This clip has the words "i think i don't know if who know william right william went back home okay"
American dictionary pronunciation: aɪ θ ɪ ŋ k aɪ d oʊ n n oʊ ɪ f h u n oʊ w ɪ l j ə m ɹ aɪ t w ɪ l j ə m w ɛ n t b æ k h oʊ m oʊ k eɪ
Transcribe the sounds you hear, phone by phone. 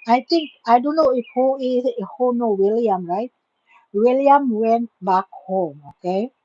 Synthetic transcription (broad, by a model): aɪ t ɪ ŋ k aɪ d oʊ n n oʊ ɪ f h u n oʊ w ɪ l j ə m ɹ aɪ t w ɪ l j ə m w ɛ n t b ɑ k h oʊ m oʊ k eɪ